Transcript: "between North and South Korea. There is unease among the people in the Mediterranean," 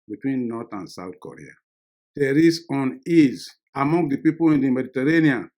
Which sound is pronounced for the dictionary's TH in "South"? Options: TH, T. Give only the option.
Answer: T